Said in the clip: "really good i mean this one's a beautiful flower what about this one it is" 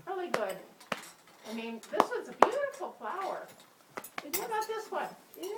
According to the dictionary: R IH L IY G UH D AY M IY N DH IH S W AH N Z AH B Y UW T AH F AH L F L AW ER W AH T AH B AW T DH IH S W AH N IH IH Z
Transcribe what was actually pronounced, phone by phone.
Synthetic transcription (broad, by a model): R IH L IY G UH D AY M IY N DH IH S W AH Z AH B Y UW T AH F L F L AW ER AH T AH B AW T DH IH S W AH N